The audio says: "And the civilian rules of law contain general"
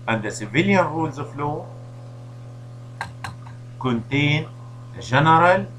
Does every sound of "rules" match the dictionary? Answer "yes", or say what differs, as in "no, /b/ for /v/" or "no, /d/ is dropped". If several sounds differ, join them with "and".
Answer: yes